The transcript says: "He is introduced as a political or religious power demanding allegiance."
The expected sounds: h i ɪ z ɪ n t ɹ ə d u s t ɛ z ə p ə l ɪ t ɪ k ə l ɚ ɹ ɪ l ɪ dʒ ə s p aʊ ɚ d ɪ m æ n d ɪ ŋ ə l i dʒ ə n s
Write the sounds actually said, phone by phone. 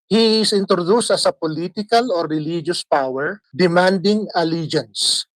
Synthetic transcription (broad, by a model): h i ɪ s ɪ n t ɹ ə d u s t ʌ s ə p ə l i t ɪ k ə l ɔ ɹ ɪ l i dʒ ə s p aʊ ɚ d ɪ m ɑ n d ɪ ŋ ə l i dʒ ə n s